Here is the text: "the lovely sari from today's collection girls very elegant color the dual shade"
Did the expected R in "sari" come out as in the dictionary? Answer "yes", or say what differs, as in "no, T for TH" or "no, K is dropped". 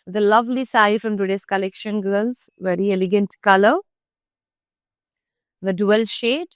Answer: no, R is dropped